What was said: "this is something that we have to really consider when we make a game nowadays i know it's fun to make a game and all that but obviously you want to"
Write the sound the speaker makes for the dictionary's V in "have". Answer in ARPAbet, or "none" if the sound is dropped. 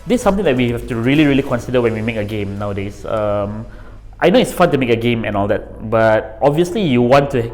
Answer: F